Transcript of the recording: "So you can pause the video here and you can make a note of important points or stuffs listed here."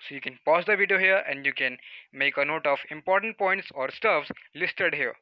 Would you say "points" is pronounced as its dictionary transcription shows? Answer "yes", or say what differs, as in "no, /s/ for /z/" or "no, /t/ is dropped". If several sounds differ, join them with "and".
yes